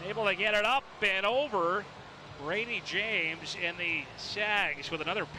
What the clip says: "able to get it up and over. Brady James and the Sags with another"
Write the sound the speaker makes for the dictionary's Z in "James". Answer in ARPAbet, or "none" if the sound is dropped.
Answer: Z